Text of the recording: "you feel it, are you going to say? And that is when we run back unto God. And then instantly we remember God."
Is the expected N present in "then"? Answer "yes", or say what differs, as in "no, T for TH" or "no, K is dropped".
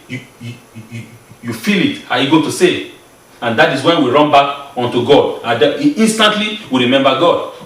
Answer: no, N is dropped